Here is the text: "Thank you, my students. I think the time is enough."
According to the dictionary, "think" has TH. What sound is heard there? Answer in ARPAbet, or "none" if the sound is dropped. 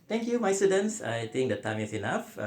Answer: T